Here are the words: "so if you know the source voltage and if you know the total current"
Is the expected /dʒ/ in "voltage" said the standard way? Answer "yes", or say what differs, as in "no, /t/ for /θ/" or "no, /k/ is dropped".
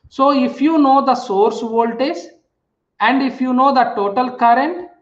no, /z/ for /dʒ/